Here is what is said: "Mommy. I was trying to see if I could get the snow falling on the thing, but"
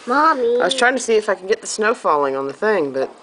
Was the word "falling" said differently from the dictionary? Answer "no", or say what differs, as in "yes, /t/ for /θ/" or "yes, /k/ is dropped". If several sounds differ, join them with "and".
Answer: no